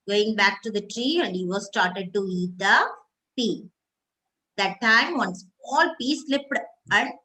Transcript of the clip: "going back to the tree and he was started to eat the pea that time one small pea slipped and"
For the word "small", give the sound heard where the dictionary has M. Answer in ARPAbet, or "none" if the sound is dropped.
none